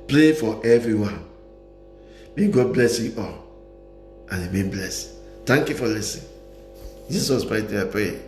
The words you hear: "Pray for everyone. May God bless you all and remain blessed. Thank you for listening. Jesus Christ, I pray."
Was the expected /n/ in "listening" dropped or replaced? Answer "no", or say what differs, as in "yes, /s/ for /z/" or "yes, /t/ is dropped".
yes, /n/ is dropped